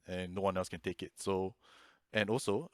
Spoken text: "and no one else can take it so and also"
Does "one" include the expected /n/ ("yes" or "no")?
yes